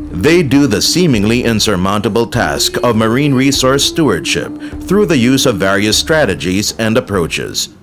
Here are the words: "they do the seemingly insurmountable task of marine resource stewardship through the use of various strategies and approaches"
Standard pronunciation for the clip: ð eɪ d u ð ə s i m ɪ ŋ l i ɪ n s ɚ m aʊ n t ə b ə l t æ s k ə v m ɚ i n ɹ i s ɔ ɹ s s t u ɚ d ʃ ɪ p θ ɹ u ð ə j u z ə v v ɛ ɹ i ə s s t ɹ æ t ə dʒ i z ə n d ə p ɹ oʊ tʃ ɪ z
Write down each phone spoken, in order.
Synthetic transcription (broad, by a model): ð eɪ d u ð ə s i m ɪ ŋ l i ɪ n s ɚ m aʊ n t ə b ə l t æ s k ə v m ɚ i n ɹ i s ɔ ɹ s s t u ɚ d ʃ ɪ p θ ɹ u ð ə j u z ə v v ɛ ɹ i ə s s t ɹ æ t ə dʒ i z ə n d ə p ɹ oʊ tʃ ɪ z